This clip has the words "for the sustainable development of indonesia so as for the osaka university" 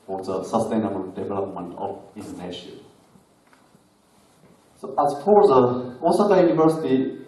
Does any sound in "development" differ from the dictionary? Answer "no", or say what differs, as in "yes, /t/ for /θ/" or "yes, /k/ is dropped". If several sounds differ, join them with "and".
no